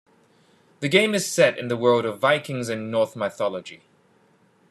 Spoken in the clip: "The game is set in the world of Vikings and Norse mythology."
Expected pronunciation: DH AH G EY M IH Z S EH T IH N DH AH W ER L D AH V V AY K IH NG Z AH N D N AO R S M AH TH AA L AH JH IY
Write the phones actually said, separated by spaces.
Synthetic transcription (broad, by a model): DH AH G EY M IH Z S EH T IH N DH AH W ER L D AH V V AY K IH NG Z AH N N AO R TH M AH TH AA L AH JH IY